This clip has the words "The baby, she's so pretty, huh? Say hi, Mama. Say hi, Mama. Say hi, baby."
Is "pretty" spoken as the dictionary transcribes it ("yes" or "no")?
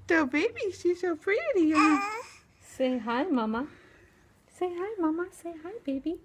no